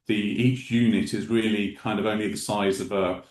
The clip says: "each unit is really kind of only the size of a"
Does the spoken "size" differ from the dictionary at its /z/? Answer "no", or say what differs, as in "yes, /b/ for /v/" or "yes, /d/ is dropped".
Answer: no